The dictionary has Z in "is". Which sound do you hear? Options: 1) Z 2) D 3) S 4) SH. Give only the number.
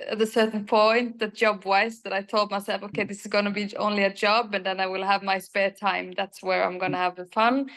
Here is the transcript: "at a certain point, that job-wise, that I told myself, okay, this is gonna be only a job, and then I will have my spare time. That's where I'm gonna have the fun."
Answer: 1